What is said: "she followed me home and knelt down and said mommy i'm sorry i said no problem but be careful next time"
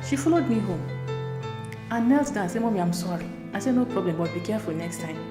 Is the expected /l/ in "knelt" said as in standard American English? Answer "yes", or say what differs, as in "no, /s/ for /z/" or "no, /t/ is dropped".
yes